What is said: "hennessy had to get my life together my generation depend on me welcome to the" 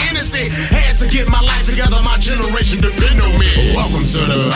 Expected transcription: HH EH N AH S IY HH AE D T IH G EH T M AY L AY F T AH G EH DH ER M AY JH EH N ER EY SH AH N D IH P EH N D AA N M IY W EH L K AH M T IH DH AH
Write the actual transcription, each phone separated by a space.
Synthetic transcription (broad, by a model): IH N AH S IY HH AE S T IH G EH T M AY L AY F T AH G EH DH ER M AY JH EH N ER EY SH AH N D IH EH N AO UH M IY W EH L K AH M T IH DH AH